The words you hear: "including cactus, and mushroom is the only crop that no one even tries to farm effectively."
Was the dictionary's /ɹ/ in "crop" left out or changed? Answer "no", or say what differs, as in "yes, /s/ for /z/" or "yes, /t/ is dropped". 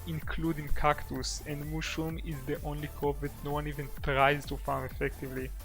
yes, /ɹ/ is dropped